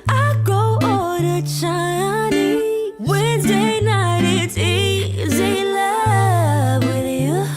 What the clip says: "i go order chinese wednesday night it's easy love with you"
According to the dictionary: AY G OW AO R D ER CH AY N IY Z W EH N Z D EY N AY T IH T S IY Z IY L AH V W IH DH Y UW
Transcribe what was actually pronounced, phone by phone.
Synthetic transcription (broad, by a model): AY G OW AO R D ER CH AY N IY W EH N Z D EY N AY T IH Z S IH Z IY L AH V W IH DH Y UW